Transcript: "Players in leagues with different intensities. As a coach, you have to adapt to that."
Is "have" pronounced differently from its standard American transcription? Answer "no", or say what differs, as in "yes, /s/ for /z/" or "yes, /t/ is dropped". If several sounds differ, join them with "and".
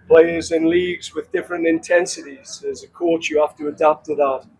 yes, /f/ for /v/